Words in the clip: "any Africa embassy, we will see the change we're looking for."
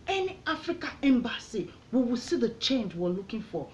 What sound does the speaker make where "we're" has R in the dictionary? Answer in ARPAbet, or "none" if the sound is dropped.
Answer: W